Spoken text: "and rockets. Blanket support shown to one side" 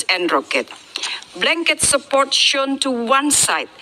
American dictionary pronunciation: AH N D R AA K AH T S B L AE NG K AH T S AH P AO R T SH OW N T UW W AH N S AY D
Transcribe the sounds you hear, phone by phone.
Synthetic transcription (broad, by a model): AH N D R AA K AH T B L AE NG K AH T S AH P AO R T SH OW N T UW W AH N S AY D